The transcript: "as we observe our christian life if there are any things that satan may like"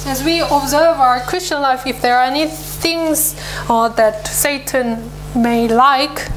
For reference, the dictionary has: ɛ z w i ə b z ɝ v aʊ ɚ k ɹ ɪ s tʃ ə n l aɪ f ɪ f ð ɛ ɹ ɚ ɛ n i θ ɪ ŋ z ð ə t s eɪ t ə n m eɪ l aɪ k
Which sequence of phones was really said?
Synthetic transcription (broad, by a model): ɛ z w i ə b z ɝ v aʊ ɚ k ɹ ɪ s tʃ ə n l aɪ f ɪ f ð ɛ ɹ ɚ ɛ n i θ ɪ ŋ z ð ə t s eɪ t ə n m eɪ l aɪ k